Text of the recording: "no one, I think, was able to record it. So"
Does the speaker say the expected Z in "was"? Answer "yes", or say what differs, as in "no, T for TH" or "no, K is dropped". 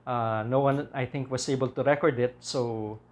no, S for Z